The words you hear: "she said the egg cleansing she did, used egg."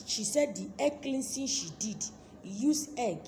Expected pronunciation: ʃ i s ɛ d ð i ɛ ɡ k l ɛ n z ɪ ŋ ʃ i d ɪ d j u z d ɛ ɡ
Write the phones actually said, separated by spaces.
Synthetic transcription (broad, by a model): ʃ i s ɛ d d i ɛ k l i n s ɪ ʃ i d ɪ d j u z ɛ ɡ